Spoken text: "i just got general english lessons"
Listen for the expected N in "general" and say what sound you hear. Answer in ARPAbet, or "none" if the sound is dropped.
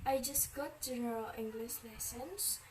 none